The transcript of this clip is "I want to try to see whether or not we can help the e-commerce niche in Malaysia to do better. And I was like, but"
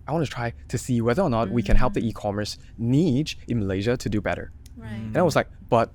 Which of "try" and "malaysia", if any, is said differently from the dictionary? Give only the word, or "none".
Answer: none